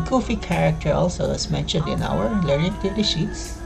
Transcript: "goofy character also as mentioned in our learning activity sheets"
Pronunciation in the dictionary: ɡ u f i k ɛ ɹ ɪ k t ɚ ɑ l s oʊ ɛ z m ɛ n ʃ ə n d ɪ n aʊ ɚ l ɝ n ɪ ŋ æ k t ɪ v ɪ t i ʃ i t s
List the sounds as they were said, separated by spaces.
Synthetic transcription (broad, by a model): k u f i k ɛ ɹ ɪ k t ɚ ɑ l s oʊ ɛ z m ɛ n ʃ ə n d ɪ n aʊ ɚ l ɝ ɪ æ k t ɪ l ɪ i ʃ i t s